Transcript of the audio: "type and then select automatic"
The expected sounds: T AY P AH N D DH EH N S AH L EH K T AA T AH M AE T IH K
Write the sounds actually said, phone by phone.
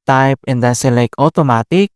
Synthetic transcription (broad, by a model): T AY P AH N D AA S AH L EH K AA T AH M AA T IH K